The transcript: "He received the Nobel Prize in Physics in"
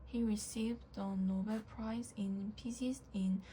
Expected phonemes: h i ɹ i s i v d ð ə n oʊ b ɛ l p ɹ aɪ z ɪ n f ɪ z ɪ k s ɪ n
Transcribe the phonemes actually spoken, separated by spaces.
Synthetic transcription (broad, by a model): h i ɹ i s i v d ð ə n oʊ b ɛ l p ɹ aɪ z ɪ n p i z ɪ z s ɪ n